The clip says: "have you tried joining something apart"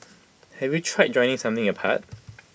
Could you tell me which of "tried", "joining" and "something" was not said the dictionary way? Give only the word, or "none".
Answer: none